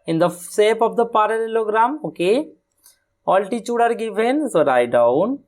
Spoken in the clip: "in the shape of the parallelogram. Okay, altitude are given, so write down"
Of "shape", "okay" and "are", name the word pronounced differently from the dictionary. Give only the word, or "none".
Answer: shape